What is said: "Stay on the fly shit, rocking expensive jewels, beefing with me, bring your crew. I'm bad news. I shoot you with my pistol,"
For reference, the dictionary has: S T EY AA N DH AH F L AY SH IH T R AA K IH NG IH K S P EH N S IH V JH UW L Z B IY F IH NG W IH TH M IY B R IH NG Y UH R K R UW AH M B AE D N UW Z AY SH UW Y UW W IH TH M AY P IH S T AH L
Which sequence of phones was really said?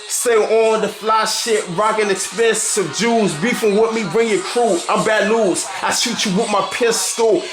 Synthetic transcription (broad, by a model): S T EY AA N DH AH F L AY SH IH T R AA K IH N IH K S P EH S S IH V JH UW Z B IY F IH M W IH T M IY B R IH NG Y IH K R UW AH M B AE D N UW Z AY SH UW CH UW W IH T M AY P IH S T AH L